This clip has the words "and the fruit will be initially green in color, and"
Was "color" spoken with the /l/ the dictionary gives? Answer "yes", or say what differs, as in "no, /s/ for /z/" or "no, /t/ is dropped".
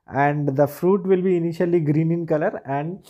yes